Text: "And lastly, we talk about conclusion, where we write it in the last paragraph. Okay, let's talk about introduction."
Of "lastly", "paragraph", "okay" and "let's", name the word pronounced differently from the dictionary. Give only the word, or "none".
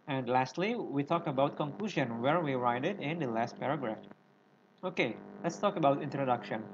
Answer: none